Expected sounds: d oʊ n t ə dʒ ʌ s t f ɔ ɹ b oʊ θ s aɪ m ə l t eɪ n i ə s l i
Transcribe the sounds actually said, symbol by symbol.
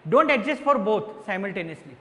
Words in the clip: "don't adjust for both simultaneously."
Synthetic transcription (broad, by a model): d oʊ n t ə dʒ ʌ s t f ɔ ɹ b oʊ t s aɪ m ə l t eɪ n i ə s l i